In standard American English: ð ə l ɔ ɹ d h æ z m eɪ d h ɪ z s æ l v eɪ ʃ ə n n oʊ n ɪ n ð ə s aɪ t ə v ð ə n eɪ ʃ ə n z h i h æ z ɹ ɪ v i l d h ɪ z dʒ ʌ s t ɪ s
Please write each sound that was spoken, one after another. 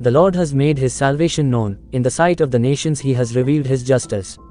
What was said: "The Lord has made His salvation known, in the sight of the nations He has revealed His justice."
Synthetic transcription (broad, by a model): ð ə l ɔ ɹ d h æ z m eɪ d h ɪ z s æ l v eɪ ʃ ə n n oʊ n ɪ n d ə s aɪ t ə v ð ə n eɪ ʃ ə n z h i h æ z ɹ ɪ v i l d h ɪ z dʒ ʌ s t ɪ s